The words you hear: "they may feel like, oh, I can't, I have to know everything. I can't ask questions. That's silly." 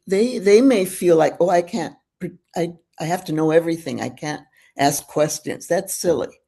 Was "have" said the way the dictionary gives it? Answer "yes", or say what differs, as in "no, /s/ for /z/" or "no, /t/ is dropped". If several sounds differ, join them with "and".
no, /f/ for /v/